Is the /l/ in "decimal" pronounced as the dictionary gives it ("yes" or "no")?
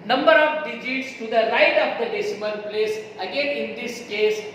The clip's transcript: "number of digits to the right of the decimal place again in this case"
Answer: no